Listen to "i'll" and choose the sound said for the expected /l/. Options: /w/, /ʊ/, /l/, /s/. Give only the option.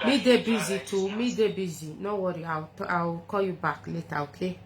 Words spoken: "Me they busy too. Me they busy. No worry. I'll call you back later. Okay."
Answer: /w/